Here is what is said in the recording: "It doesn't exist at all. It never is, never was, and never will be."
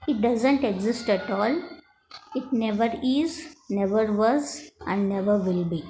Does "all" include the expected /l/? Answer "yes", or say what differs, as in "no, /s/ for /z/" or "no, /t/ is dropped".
yes